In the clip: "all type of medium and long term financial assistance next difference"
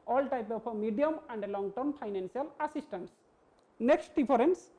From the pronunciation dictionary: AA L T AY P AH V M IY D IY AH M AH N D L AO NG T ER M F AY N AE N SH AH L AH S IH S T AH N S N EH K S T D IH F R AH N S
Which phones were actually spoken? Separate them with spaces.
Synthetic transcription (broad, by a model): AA L T AY P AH P M IY D IY AH M AH N D L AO NG T ER M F AY N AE N S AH L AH S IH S T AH N S N EH K S T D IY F R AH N S